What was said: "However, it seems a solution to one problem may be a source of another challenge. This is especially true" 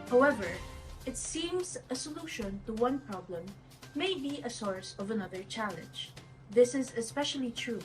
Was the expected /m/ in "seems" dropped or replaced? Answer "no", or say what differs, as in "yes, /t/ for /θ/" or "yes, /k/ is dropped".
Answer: no